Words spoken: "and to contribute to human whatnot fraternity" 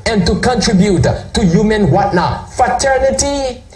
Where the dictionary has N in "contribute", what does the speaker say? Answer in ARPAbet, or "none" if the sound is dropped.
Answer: N